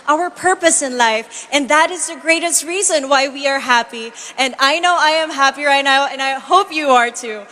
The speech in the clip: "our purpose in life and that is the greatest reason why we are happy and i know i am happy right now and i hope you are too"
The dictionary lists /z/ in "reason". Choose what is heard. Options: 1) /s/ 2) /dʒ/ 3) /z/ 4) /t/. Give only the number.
3